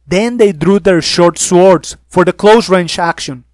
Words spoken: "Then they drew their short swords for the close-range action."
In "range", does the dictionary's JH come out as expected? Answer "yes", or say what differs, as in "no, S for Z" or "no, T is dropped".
no, CH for JH